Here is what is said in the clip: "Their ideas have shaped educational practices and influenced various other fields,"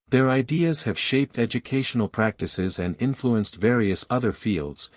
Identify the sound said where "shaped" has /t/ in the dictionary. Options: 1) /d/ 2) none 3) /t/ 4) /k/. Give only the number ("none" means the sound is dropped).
3